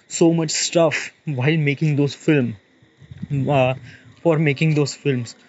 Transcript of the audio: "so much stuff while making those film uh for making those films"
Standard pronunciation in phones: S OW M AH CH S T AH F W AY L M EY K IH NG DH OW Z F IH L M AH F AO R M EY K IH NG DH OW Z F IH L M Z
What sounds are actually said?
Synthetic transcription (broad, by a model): S OW M AH CH S T AH F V AY L M EY K IH NG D OW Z F IH L M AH F AO R M EY K IH NG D OW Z F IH L M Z